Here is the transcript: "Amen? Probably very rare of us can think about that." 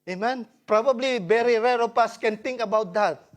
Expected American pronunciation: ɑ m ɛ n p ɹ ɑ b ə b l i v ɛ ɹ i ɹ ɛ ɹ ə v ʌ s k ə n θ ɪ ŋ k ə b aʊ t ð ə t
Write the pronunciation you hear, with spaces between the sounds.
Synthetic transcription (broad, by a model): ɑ m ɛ n p ɹ ɑ b ə b l i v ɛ ɹ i ɹ ɛ ɹ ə p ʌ s k ə n t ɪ ŋ k ə b aʊ t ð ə t